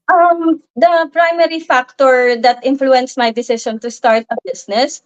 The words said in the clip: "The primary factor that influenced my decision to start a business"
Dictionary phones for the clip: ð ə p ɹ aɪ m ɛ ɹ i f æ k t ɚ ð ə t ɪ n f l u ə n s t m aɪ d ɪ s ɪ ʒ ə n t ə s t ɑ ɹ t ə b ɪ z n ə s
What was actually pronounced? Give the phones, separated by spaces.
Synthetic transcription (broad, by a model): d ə p ɹ aɪ m ɛ ɹ i f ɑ k t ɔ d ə t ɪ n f l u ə n s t m aɪ d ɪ s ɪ ʃ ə n t ə s t ɑ ɹ t ə b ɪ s n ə s